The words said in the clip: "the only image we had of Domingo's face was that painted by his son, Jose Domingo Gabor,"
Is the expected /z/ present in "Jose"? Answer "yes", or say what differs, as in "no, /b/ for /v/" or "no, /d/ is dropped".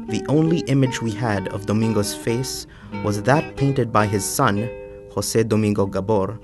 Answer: no, /s/ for /z/